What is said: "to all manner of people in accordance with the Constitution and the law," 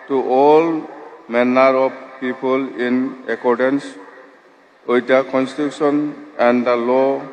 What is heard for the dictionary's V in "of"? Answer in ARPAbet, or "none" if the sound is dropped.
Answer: B